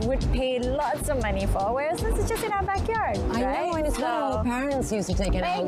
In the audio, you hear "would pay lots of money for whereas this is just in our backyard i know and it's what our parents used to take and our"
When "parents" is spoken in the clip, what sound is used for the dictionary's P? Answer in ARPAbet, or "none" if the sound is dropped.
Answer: P